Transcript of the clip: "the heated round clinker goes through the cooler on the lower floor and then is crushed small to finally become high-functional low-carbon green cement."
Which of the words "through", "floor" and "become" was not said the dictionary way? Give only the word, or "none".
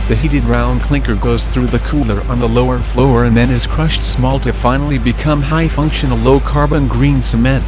none